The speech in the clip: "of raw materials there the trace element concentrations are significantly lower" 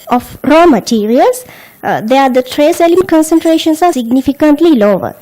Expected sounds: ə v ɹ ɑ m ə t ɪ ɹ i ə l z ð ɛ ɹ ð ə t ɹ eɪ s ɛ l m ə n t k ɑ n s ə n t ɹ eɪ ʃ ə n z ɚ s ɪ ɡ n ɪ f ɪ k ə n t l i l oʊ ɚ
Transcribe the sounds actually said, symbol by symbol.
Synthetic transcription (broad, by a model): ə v ɹ ɑ m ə t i ɹ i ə l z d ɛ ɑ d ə t ɹ eɪ s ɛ l ə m k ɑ n s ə n t ɹ eɪ ʃ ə n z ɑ s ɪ ɡ n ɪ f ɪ k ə n t l i l oʊ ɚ